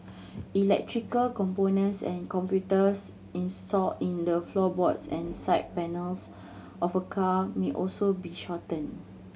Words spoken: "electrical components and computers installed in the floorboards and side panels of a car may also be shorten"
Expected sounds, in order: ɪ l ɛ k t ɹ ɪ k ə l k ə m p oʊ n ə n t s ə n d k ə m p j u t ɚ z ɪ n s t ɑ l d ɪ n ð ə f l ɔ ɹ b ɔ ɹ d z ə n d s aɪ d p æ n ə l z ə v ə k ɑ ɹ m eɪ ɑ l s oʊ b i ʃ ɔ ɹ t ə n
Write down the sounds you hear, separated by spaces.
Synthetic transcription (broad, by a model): ɪ l ɛ k t ɹ ɪ k ə l k ə m p oʊ n ə n t s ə n k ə m p j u t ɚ s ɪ n s t ɑ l ɪ n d ə f l ɔ b ɔ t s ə n s aɪ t p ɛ n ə l s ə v ə k ɑ m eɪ ɑ l s oʊ b i ʃ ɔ t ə n